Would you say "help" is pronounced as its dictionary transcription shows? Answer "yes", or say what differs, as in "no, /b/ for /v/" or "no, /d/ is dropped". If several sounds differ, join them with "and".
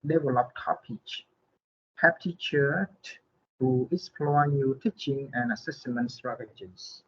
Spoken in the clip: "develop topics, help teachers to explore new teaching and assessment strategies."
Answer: no, /l/ is dropped